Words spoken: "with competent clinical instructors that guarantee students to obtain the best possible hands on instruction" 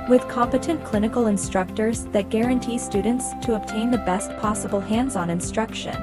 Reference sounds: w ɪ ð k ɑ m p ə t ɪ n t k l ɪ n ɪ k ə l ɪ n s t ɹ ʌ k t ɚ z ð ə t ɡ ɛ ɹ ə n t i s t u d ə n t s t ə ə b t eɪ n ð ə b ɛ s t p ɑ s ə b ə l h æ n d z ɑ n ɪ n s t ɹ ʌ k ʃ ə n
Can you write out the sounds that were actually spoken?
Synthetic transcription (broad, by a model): w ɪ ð k ɑ m p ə t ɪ n k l ɪ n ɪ k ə l ɪ n s t ɹ ʌ k t ɚ z ð ə t ɡ ɛ ɹ ə n t i s t u d n t s t ə ə b t eɪ n ð ə b ɛ s t p ɑ s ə b l h æ n d z n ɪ n s t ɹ ʌ k ʃ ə n